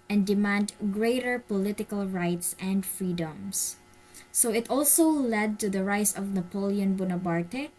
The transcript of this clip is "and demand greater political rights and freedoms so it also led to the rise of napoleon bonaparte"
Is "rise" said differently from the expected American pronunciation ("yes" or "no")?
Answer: yes